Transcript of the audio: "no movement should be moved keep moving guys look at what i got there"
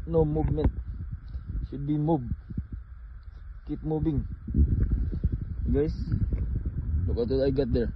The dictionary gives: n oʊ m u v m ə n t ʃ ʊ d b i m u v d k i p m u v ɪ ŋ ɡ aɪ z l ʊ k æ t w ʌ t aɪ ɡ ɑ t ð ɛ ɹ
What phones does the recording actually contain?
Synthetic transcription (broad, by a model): n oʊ m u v m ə n t ʃ ʊ d b i m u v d k i p m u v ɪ ŋ ɡ aɪ s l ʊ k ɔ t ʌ aɪ ɡ ɑ t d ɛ ɹ